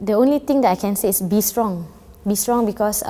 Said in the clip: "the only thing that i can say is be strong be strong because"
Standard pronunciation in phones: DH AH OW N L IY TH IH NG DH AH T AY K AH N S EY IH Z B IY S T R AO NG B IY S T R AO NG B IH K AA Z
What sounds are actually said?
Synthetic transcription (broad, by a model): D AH OW N L IY T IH NG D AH T AY K AH N S EY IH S B IY S T R AO NG B IY S T R AO NG B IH K AA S